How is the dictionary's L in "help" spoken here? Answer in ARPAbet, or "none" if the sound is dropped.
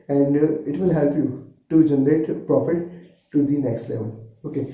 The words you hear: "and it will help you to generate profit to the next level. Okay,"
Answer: L